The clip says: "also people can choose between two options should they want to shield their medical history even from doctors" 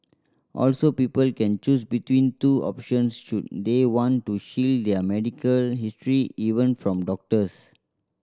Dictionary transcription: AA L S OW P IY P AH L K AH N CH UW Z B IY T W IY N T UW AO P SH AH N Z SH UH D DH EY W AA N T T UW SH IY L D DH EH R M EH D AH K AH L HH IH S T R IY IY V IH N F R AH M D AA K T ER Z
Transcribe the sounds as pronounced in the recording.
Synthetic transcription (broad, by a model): AA L S OW P IY P AH L K AH N CH UW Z B IY T W IY N T UW AO P SH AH N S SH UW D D EY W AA N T T UW SH IY L D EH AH M EH D AH K AH L HH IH S T R IY IY V IH N F R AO M D AA K T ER S